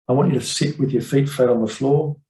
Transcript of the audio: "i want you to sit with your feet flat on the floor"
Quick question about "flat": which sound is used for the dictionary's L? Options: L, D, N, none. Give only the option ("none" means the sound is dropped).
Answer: none